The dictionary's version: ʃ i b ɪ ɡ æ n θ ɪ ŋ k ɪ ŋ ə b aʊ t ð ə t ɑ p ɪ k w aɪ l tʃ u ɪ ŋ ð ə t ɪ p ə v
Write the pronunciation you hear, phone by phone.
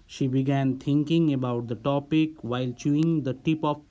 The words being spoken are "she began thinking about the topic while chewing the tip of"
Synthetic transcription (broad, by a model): ʃ i b ɪ ɡ æ n t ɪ ŋ k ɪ ŋ ə b aʊ t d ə t ɑ p ɪ k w aɪ l tʃ u ɪ ŋ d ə t ɪ p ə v